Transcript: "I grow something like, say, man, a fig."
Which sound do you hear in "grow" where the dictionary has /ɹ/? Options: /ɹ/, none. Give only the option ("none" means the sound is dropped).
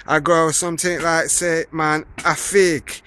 none